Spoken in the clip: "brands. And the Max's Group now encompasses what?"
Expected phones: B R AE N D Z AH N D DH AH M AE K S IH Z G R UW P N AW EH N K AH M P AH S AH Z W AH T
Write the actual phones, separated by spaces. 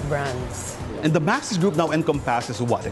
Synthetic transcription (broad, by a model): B R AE N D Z AH N D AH M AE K S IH S G R UW P N AW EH N K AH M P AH S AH S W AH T